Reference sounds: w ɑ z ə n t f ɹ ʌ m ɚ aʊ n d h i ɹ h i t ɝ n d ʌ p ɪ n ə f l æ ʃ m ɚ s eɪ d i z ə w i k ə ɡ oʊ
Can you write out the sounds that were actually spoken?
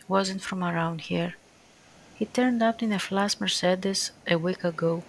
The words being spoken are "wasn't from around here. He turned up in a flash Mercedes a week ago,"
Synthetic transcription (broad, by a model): w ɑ z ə n t f ɹ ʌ m ɚ aʊ n d h i ɹ h i t ɝ n d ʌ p ɪ n ə f l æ s m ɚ s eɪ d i s ə w i k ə ɡ oʊ